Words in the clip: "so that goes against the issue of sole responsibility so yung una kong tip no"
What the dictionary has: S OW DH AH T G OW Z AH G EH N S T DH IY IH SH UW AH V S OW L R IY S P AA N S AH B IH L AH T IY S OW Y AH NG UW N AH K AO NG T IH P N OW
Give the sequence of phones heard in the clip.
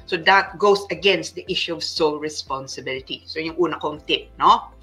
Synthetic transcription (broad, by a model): S OW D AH T G OW S AH G EH N S T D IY IH SH UW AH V S OW L R IY S P AA N S AH B IH L AH T IY S OW Y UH NG UW N AH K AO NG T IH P N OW